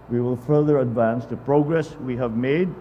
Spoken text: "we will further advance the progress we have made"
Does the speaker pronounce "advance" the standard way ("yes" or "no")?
yes